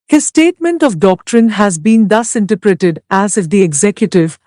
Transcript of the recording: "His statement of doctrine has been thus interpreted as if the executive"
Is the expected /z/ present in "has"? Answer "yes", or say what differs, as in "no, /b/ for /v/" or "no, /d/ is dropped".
yes